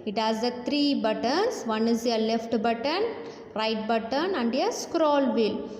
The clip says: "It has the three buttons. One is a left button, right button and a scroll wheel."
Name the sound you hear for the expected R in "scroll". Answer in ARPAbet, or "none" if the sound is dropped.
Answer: R